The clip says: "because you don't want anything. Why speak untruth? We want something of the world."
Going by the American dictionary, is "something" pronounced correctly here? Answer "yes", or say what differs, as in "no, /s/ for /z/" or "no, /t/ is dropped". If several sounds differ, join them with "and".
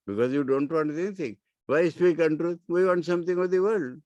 no, /t/ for /θ/